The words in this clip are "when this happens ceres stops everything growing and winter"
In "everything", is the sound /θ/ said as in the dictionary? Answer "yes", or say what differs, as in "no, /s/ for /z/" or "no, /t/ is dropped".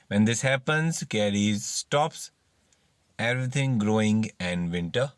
no, /t/ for /θ/